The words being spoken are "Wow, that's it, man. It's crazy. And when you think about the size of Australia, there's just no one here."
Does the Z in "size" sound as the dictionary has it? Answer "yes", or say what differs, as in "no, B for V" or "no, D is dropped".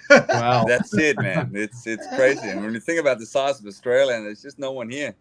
yes